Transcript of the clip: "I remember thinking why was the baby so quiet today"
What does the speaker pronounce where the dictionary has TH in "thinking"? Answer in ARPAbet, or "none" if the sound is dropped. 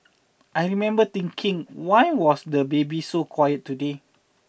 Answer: T